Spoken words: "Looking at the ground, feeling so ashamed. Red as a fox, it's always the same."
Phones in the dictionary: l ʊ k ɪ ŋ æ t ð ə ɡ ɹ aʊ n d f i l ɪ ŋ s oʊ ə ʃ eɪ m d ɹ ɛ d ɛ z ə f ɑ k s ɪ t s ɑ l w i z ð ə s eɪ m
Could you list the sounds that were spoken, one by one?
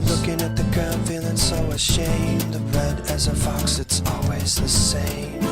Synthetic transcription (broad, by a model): l ʊ k ɪ ŋ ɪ t ð ə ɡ aʊ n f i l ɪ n s oʊ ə ʃ eɪ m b ɹ ɛ d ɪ z ə f ɑ k s ɪ t s ɑ l w i z ð ə s eɪ m